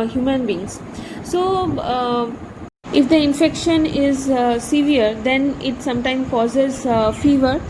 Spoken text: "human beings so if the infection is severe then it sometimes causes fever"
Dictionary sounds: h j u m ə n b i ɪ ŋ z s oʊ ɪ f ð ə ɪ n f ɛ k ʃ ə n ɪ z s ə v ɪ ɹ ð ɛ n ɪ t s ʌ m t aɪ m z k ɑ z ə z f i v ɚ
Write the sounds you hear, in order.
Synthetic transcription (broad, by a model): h j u m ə n b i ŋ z s oʊ ɪ f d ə ɪ n f ɛ k ʃ ə n ɪ z s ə v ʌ ɹ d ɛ n ɪ t s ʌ m t aɪ m k ɑ z ə z f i v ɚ